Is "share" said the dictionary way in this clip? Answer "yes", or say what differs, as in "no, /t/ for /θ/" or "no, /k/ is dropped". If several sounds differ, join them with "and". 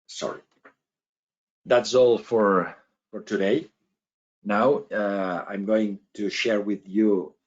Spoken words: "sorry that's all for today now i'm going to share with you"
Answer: yes